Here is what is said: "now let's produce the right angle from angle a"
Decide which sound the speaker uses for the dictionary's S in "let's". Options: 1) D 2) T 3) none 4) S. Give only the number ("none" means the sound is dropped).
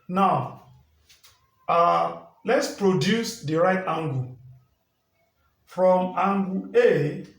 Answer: 4